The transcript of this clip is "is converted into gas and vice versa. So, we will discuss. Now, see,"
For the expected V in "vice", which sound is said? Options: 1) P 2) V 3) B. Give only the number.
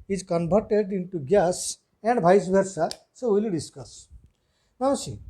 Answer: 3